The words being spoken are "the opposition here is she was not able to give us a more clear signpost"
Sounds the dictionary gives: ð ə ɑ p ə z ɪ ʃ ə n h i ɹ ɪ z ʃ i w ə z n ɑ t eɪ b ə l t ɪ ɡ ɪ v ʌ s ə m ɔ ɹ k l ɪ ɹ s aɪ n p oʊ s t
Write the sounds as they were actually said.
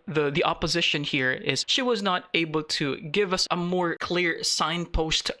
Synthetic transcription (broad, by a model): ð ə ɑ p ə z ɪ ʃ ə n h i ɹ ɪ z ʃ i w ə z n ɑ t eɪ b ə l t ɪ ɡ ɪ v ʌ s ə m ɔ ɹ k l ɪ ɹ s aɪ n p oʊ s t